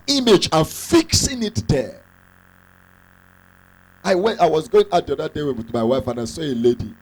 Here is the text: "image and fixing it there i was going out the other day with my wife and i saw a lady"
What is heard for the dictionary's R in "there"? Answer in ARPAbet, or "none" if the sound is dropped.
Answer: W